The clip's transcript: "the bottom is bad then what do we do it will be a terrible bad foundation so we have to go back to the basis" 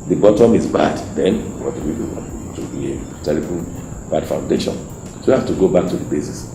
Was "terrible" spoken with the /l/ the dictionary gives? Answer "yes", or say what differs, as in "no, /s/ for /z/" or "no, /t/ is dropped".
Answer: no, /n/ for /l/